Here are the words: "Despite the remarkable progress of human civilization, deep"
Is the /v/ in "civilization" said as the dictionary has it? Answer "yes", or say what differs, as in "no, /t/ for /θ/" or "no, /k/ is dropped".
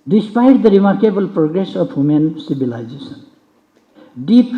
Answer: no, /b/ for /v/